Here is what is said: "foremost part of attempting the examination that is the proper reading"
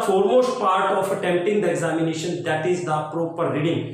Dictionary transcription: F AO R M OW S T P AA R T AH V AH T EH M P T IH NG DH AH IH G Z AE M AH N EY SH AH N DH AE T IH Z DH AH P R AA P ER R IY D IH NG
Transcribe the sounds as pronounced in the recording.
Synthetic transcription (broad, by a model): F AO R M OW S T P AA R T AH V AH T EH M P T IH NG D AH IH G Z AE M AH N EY SH AH N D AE T IH Z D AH P R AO P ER R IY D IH NG